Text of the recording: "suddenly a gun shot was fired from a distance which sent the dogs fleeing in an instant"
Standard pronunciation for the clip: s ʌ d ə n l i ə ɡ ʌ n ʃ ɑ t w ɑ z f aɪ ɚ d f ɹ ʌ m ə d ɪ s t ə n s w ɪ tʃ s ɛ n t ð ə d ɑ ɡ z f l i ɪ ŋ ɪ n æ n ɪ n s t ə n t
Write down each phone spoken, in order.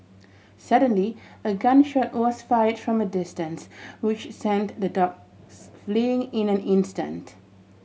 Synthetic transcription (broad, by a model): s ʌ d ə n l i ə ɡ ʌ n ʃ ɑ t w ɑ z f aɪ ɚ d f ɹ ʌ m ə d ɪ s t ə n s w ɪ tʃ s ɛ n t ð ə d ɑ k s f l i ɪ ŋ ɪ n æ n ɪ n s t ə n t